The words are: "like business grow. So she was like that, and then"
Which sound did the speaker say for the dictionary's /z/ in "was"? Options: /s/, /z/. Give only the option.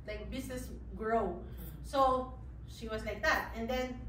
/s/